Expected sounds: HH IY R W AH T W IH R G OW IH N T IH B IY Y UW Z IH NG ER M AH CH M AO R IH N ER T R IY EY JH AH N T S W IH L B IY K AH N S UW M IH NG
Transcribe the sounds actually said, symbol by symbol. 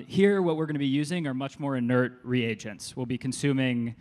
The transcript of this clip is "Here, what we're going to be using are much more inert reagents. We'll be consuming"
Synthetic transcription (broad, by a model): HH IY R W AH T W IH R G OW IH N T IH B IY Y UW Z IH NG ER M AH CH M AO R IH N ER T R IY EY JH AH N T S W IH L B IY K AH N S UW M IH NG